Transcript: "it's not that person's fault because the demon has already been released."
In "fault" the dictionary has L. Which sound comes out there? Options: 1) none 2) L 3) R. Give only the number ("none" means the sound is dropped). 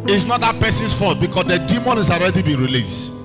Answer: 1